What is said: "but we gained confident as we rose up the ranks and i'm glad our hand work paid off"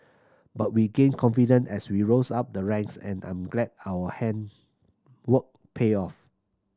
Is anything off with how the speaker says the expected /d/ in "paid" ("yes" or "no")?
yes